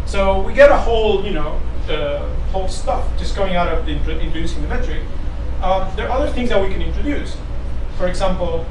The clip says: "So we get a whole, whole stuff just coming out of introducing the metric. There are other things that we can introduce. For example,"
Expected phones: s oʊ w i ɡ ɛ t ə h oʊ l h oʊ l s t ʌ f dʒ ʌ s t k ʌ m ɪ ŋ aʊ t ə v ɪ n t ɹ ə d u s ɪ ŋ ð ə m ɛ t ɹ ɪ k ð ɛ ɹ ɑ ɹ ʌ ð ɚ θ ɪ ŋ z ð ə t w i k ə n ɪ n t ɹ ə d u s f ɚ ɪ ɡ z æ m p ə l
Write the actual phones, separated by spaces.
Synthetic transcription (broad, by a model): s oʊ w i ɡ ɛ t ə h oʊ l h oʊ l s t ʌ f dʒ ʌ s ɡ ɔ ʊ ɪ ŋ aʊ t ə v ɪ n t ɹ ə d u s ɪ ŋ ð ə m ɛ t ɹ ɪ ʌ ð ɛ ɹ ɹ ʌ ð ɚ θ ɪ ŋ z ð ə t w i k ə n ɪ n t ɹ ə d u s f ɚ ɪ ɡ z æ m p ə l